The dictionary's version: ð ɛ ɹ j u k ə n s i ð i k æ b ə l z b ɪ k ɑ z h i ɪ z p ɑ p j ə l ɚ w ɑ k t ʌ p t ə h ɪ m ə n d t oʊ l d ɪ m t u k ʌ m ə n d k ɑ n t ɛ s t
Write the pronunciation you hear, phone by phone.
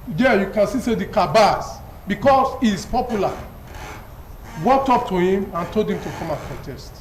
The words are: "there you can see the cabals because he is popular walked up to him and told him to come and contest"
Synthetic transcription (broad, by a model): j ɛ j u k ə n s i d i k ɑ b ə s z b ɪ k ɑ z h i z p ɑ p j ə l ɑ w ɑ k t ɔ p t ə h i m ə n t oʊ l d ɪ m t u k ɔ m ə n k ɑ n t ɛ s t